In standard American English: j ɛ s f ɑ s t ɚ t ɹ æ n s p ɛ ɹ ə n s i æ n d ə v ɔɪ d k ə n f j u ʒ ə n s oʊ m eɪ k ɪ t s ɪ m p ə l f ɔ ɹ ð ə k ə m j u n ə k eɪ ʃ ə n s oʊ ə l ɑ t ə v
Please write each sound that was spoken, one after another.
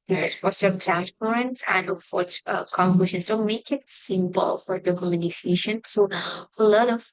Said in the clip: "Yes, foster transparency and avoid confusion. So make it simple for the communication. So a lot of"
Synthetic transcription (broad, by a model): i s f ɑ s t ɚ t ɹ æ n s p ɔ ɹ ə n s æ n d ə f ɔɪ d k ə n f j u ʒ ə n s oʊ m eɪ k ɪ t s ɪ m p ə l f ɔ ɹ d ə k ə m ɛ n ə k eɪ ʃ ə n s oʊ ə l ɑ t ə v